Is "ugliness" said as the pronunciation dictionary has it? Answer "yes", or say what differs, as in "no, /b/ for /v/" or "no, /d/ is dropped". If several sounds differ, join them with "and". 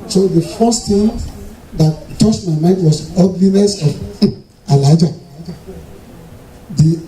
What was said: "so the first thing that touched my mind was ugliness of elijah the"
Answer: yes